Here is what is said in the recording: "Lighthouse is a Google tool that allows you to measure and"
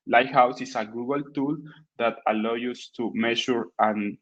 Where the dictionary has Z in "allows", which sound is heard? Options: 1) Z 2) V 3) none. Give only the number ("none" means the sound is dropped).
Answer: 3